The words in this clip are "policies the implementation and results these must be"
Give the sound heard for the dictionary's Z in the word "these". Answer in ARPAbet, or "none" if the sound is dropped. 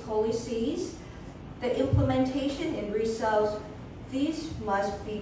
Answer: Z